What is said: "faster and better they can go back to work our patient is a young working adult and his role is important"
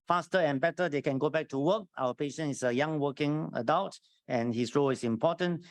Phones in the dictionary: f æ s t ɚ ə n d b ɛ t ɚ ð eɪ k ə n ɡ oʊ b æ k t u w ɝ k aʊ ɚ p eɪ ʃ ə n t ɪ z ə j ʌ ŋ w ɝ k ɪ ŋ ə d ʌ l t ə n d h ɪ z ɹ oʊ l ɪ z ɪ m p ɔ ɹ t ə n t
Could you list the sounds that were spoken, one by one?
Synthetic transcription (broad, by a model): f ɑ s t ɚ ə n b ɛ t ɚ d eɪ k ə n ɡ oʊ b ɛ k t u w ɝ k aʊ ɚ p eɪ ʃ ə n ɪ s ə j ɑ ŋ w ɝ k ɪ ŋ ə d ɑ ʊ t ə n h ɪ s ɹ oʊ l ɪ s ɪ m p ɔ t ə n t